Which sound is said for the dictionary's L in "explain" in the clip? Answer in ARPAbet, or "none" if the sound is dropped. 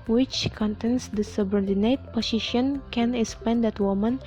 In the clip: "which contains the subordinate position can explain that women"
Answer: none